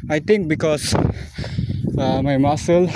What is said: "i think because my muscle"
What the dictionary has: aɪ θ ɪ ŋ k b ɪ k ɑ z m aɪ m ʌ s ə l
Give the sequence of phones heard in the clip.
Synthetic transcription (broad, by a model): aɪ t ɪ ŋ k b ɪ k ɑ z m aɪ m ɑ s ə l